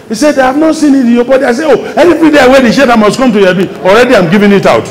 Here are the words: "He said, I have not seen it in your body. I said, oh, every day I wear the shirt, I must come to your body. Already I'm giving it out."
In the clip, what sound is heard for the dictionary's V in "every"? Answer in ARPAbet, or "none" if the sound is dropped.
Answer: F